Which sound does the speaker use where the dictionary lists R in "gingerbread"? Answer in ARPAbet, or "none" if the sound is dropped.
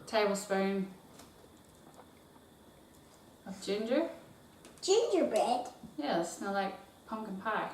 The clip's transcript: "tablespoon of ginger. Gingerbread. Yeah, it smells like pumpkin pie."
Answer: none